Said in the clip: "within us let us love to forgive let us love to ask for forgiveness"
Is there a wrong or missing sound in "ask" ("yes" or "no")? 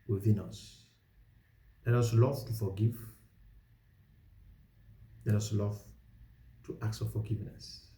yes